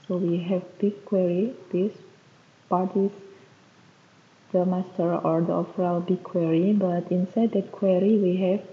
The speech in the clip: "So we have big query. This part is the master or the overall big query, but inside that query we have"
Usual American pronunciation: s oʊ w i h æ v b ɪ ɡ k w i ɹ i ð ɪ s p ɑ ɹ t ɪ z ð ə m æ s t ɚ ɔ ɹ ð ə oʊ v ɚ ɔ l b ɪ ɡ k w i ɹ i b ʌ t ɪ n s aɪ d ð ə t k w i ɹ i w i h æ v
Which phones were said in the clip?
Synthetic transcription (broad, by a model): s oʊ w i h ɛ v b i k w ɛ ɹ i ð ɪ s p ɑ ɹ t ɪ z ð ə m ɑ s t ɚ ɔ ɹ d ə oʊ f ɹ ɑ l b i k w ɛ ɹ i b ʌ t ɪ n s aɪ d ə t k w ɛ ɹ i w i h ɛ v